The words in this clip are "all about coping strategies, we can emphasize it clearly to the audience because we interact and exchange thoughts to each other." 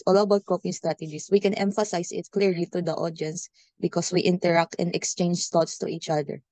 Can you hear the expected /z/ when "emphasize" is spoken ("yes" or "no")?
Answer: no